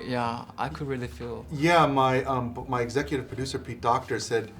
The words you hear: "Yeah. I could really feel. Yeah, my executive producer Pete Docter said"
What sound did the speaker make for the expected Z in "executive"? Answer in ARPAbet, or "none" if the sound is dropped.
Z